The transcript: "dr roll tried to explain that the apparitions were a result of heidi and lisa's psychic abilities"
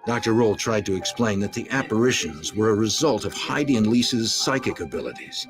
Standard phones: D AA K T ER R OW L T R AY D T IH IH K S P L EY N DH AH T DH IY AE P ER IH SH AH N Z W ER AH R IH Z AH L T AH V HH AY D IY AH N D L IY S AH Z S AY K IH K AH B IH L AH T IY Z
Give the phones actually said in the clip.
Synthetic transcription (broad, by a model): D AA K T ER R OW L T R AY D T IH IH K S P L EY N DH AH T DH IY AE P ER IH SH AH N Z W ER AH R IH Z AH L T AH V HH AY D IY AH N L IY S AH Z S AY K IH K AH B IH L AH T IY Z